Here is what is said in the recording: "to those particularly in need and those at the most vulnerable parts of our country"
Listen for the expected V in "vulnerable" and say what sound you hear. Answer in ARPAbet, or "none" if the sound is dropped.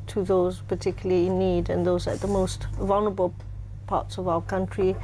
V